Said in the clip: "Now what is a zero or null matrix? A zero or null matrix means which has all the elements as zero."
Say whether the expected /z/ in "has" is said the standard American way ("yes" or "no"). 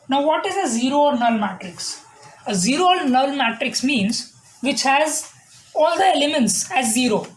yes